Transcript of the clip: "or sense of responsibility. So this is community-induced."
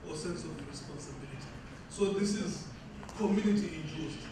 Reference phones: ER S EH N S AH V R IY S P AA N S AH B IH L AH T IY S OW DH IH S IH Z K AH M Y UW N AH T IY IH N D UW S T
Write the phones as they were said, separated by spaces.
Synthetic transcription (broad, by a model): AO S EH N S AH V R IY S P AA N S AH B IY L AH T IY S OW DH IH S IH Z K AH M Y UW N AH T IY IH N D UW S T